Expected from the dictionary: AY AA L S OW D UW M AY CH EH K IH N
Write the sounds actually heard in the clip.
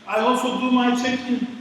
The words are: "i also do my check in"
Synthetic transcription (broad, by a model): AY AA S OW D UW M AY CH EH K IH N